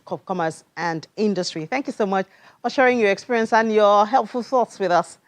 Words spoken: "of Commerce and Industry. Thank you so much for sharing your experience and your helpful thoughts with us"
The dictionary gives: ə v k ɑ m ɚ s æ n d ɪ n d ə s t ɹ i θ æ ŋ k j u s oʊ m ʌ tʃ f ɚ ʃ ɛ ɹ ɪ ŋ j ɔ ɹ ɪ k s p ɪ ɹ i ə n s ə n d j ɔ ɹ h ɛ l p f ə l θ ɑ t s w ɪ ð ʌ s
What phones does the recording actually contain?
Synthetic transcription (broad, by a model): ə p k ɑ m ɚ s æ n d ɪ n d ə s t ɹ i θ æ ŋ k j u s oʊ m ʌ tʃ f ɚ ʃ ɛ ɹ ɪ ŋ j ɔ ɹ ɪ k s p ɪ ɹ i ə n s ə n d j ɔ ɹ h ɛ l p f ə l θ ɑ t s w ɪ ð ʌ s